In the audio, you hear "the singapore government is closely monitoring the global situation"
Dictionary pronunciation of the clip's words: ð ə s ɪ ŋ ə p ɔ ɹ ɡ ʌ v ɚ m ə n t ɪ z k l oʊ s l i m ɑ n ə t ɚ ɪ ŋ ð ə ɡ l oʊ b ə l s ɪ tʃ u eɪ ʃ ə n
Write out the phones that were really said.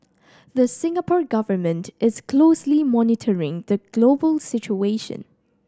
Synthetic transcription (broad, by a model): ð ə s ɪ ŋ ə p ɔ ɹ ɡ ʌ v ɚ m ə n t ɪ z k l oʊ s l i m ɑ n ə t ɚ ɪ ŋ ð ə ɡ l oʊ b ə l s ɪ tʃ u eɪ ʃ ə n